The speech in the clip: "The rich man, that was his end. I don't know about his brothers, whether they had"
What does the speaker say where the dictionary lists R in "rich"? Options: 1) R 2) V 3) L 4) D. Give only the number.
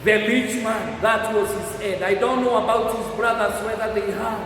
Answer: 3